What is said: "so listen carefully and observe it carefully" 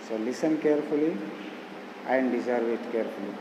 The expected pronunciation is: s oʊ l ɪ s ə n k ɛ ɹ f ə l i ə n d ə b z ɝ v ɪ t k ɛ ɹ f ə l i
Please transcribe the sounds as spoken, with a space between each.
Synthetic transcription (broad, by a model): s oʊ l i s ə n k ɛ ɹ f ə l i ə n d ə z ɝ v ɪ t k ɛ ɹ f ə l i